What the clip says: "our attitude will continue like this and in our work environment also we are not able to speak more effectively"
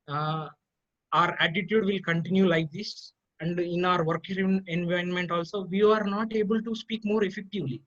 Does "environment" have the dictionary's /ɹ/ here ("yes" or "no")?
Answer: no